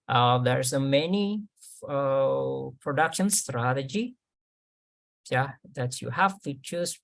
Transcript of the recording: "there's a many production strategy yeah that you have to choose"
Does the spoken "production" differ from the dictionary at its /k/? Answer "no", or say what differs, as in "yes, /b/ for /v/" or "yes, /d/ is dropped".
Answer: no